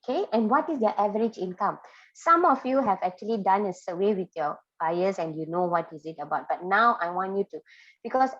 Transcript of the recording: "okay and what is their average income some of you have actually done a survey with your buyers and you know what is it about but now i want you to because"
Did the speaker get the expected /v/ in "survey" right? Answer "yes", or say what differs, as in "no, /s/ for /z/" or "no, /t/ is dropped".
no, /w/ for /v/